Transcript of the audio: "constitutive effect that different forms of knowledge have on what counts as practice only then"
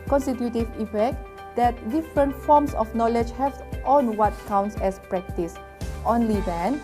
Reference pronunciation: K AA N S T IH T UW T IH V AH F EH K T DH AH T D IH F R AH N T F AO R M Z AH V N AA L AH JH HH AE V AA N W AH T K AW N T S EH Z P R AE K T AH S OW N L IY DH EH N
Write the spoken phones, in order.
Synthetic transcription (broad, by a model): K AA N S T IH T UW T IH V AH F EH K T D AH T D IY F R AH N T F AO M S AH F N AA L AH JH HH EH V AA N W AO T K AW N T S EH S P R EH K T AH S OW N L IY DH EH N